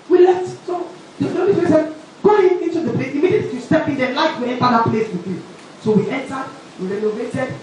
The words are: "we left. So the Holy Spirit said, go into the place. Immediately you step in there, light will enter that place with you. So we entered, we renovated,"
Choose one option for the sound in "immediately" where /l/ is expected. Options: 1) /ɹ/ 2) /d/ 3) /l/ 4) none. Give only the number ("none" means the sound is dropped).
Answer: 4